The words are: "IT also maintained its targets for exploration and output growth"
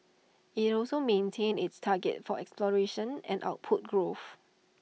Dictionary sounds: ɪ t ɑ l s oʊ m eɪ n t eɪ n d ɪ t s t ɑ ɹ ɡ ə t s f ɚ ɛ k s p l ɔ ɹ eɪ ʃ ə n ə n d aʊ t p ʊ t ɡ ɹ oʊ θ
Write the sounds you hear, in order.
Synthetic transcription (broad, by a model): ɪ t ɑ l s oʊ m eɪ n t eɪ n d ɪ t s t ɑ ɡ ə t f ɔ ɛ k s p l ɔ ɹ eɪ ʃ ə n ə n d aʊ t p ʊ t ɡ ɹ oʊ f